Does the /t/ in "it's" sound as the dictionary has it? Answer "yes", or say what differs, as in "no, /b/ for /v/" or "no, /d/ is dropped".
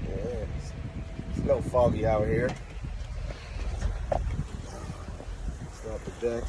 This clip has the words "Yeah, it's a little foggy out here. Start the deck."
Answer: no, /s/ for /t/